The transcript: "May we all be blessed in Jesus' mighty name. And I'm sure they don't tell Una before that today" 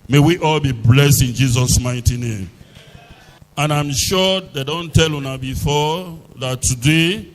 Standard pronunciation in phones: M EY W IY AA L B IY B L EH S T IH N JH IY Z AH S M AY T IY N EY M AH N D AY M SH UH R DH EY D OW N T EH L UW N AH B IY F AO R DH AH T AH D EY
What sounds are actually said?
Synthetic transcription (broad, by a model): M EY W IY AA L B IY B L EH S T IH N JH IY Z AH S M AY T IY N EY M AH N AY M SH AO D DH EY D OW N T EH L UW N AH B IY F AO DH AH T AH D EY